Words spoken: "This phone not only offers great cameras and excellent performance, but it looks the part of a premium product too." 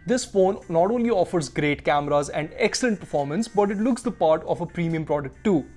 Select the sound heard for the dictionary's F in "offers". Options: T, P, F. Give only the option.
F